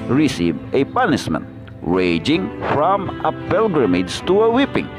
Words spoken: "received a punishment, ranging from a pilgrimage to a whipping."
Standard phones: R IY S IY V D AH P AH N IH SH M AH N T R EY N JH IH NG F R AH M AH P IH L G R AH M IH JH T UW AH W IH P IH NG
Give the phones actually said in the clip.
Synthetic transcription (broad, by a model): R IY S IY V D AH P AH N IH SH M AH N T R EY JH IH NG F R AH M AH P IH L G R AH M IH JH T UW AH W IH P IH NG